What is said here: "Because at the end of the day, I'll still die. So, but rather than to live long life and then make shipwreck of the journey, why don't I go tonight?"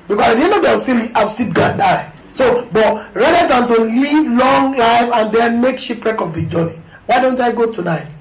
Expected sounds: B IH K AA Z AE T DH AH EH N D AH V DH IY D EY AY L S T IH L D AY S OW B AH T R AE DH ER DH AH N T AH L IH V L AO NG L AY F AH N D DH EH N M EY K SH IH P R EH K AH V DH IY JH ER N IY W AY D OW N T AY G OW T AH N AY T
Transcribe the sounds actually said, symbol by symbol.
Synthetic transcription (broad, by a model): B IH K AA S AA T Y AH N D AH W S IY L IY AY W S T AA N D AY S OW B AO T R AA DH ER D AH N T AH L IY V L AO NG L AY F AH N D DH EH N M EY K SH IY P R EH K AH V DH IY JH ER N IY W AY D OW N T AY G OW T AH N AY T